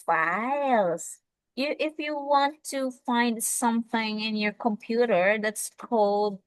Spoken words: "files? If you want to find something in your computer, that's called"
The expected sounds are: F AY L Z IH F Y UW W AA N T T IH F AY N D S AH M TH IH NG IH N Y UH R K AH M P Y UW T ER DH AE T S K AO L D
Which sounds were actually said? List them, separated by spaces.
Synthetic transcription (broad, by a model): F AY L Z IH F Y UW W AA N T T IH F AY N D S AH M TH IH NG IH N Y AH R K AH M P Y UW T ER DH AE T S K AO L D